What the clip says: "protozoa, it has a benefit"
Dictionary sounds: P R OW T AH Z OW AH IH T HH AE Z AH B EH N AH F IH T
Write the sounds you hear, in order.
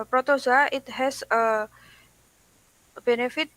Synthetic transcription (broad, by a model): P R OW T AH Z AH IH T HH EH S AH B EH N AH F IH T